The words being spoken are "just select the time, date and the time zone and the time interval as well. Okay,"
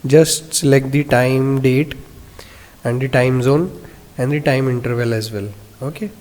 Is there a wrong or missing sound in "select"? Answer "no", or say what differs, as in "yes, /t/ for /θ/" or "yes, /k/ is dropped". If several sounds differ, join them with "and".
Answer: yes, /l/ is dropped